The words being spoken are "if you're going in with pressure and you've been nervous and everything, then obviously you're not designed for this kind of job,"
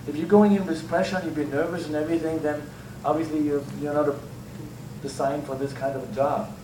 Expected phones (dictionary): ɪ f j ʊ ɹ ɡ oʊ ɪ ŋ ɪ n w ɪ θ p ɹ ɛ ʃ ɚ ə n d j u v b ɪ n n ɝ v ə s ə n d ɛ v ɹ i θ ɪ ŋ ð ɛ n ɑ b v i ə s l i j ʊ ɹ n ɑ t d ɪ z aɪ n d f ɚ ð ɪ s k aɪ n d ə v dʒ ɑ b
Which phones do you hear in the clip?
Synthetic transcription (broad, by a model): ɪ f j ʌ ɹ ɡ oʊ ɪ ŋ ɪ n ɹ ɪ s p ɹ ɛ ʃ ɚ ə n j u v b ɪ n n ɝ v ə s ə n ɛ v ɹ i θ ɪ ŋ ð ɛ n ɑ b v i ə s l i j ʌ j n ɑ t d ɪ s aɪ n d f ɚ ð ɪ s k aɪ n d ə v dʒ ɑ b